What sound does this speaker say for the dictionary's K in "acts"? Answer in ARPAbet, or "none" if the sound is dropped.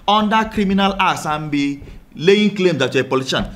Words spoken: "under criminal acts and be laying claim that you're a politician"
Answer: none